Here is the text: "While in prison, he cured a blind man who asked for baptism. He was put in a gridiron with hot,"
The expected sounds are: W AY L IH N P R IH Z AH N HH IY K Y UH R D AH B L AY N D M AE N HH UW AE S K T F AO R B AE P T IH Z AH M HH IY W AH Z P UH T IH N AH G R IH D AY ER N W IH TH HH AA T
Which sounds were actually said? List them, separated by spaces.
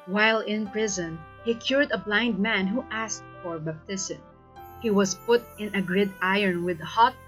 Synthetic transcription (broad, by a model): W AY L IH N P R IH Z AH N HH IY K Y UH R D AH B L AY N D M AE N HH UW AE S K T F AO R B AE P T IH S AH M HH IY W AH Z P UH T IH N AH G R IH D AY ER N W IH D HH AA T